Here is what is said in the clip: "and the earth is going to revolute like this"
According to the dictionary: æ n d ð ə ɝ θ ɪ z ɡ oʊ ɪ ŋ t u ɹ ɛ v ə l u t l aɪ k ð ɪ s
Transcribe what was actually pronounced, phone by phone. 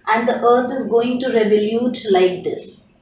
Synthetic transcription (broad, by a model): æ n d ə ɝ t ɪ z ɡ oʊ ɪ ŋ t u ɹ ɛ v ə l u t l aɪ k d ɪ s